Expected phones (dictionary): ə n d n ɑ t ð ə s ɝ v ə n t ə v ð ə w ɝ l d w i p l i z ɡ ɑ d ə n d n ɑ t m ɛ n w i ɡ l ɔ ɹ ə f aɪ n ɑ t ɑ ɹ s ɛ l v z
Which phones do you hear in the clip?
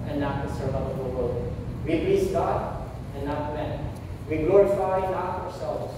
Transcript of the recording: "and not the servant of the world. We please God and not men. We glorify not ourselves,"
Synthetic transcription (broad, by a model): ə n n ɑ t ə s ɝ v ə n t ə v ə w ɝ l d w i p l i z ɡ ɑ d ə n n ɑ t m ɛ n w i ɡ ɔ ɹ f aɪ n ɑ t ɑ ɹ s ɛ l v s